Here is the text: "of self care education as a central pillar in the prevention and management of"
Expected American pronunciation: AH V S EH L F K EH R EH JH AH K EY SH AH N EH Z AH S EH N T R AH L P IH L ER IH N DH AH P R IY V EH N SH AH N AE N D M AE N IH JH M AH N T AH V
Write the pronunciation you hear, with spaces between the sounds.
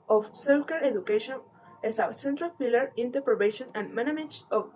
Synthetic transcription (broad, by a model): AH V S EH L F K EH R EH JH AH K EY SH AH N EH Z AH S EH N T R AH L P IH L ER IH N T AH P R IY B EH SH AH N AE N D M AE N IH M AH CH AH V